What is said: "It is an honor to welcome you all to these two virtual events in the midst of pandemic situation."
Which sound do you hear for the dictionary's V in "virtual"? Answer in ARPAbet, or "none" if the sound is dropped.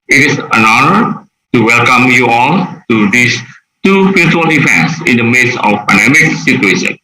P